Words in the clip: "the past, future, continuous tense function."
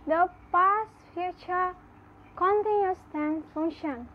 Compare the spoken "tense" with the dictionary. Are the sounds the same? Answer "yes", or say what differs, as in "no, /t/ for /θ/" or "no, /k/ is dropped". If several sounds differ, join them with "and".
no, /s/ is dropped